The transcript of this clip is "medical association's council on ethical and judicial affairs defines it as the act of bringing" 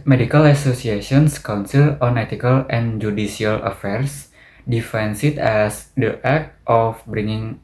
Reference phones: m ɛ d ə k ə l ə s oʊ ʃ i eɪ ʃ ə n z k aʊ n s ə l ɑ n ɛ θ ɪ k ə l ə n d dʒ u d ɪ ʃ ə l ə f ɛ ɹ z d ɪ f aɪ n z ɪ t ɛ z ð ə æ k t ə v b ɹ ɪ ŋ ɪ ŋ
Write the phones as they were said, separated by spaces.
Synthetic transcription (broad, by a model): m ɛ d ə k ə l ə s oʊ s i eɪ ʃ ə n s k aʊ n s ə l ɑ n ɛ t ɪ k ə l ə n dʒ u d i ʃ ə l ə f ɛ ɹ s d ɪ f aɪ n s ɪ t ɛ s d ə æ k t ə f b ɹ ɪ ŋ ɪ ŋ